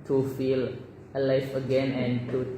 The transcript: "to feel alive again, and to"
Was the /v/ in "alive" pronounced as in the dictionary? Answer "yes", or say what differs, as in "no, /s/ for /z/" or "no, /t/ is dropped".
no, /f/ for /v/